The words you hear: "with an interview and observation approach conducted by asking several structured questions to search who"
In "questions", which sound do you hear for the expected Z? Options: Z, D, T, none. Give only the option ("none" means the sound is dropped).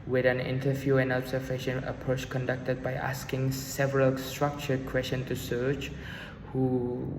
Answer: none